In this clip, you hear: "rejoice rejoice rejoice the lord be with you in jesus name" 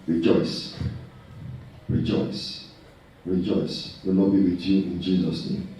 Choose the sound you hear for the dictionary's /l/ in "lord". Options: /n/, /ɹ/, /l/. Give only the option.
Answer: /n/